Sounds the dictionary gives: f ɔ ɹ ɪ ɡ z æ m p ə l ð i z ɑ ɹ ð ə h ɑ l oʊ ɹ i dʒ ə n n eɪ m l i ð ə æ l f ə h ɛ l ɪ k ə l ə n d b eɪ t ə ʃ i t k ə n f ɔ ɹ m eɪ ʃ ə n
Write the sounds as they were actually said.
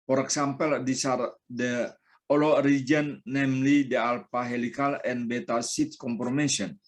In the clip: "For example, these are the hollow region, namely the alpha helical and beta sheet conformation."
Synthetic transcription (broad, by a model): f ɔ ɹ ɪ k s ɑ m p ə l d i s ɑ ɹ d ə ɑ l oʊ ɹ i dʒ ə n n eɪ m l i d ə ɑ l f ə h ɛ l ɪ k ə l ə n b eɪ t ə s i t k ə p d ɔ m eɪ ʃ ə n